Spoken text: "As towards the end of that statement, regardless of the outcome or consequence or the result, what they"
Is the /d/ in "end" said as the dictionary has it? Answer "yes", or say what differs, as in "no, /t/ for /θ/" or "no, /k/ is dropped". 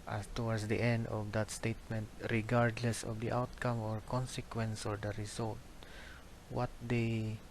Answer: yes